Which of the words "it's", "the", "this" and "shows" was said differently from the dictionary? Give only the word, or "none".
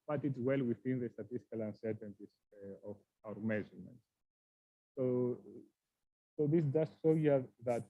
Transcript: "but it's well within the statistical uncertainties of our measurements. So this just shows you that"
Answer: shows